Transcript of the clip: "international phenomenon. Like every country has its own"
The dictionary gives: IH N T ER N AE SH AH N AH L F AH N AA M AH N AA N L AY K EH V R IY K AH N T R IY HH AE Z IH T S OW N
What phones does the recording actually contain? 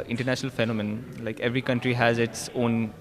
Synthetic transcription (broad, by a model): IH N T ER N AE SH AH N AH L F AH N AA M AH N N L AY K EH V R IY K AH N T R IY HH AE Z IH T S OW N